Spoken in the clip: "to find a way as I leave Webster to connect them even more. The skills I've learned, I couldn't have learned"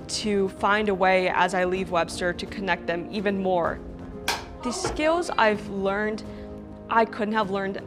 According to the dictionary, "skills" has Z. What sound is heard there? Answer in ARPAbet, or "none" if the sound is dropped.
Z